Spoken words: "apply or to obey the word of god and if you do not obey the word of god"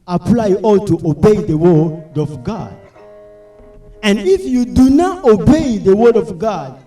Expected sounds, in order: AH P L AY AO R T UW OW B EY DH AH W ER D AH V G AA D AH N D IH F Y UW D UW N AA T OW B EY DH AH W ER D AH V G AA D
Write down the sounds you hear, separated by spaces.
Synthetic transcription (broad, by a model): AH P L AY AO L T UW OW B EY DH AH W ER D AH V G AA D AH N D IH F Y UW D UW N AA T OW B EY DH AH W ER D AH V G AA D